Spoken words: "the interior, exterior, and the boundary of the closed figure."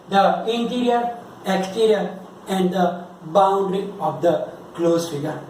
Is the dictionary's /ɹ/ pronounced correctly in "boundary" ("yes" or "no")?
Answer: yes